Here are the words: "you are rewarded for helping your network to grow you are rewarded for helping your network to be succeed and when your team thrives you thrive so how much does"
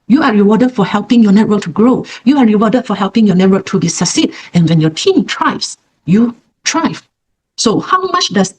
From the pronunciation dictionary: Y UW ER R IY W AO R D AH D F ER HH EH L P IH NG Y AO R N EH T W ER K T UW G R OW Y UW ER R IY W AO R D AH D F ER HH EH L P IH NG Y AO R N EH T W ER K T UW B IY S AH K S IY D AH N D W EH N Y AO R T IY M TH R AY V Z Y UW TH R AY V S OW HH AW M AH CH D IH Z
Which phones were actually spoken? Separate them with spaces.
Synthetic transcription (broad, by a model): Y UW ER R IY W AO D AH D F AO HH EH L P IH NG Y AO N EH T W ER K T UW G R OW Y UW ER R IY W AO D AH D F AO HH EH L P IH NG Y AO N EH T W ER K T UW B IY S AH S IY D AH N W EH N Y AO T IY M T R AY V S Y UW T R AY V S OW HH AW M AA CH D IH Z